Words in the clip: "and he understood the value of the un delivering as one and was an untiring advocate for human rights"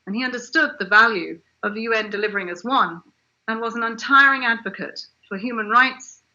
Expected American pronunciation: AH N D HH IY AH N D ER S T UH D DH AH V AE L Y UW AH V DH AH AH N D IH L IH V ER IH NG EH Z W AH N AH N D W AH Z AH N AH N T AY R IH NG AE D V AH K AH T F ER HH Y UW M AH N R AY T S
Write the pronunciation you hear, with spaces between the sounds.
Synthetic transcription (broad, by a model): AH N IY AH N D ER S T UH D DH AH V AE L Y UW AH V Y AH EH N D IH L IH V ER IH NG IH Z W AH N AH N W AH Z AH N AH N T AY R IH NG AE D V AH K AH T F ER HH Y UW M AH N R AY T S